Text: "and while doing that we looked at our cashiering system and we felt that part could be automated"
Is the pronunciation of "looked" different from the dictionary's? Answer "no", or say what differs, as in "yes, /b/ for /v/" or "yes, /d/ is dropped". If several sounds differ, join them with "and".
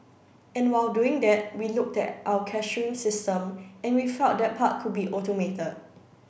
no